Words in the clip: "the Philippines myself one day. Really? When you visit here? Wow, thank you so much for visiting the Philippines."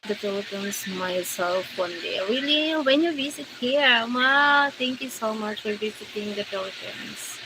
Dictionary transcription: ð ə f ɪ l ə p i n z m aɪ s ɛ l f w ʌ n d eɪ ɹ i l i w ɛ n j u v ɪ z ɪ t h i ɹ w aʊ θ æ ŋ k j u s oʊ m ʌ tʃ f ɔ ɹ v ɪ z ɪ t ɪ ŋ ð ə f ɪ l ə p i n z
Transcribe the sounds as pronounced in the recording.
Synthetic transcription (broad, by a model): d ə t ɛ l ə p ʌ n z m aɪ s ɛ l f w ʌ n d eɪ ɹ i l i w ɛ n j u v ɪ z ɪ t h i ɹ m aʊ t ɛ ŋ k j u s oʊ m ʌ tʃ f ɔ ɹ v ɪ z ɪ t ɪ ŋ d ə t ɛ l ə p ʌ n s